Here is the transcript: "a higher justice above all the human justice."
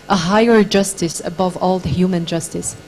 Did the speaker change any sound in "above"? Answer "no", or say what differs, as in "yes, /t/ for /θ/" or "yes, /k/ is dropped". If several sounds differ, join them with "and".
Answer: no